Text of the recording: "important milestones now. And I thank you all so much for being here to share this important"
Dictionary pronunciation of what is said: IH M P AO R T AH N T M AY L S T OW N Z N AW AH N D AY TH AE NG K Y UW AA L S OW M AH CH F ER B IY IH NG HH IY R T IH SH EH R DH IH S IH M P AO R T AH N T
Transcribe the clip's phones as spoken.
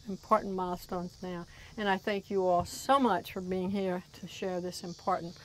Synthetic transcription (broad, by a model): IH M P AO R T N M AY L S T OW N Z N AW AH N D AY TH AE NG K Y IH AA L S OW M AH CH F ER B IY IH NG HH IY R T IH SH EH R DH IH S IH M P AO R T N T